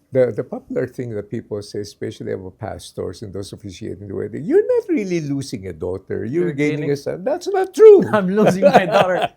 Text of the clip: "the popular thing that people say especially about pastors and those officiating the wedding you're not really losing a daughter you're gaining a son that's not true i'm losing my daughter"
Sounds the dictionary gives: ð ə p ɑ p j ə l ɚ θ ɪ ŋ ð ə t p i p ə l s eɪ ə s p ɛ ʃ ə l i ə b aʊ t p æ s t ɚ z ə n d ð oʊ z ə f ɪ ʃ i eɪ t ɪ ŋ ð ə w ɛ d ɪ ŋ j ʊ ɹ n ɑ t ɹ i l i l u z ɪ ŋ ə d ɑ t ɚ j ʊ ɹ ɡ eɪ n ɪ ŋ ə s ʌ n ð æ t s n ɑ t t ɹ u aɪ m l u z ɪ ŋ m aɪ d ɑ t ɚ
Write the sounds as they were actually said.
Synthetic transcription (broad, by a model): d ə p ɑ p j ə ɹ θ ɪ ŋ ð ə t p i p ə l s eɪ s p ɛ ʃ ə l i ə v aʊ p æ s t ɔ s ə n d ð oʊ s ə f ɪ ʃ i eɪ t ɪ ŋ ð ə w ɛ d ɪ j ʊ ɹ n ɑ t ɹ i l i l u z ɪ ŋ ə d ɑ t ɚ j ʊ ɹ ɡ eɪ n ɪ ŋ ə s ʌ n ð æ t s n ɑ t t ɹ u aɪ m l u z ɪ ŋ m aɪ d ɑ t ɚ